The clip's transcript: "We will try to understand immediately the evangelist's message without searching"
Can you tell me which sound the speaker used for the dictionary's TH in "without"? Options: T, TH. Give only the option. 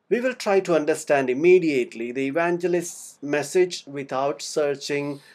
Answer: T